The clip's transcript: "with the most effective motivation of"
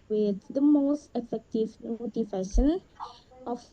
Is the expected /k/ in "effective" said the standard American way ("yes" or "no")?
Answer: yes